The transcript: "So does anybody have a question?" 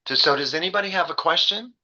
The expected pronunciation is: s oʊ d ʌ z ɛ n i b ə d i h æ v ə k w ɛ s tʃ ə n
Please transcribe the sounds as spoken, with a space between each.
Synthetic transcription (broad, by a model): s oʊ d ʌ z ɛ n i b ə d i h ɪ v ə k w ɛ s tʃ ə n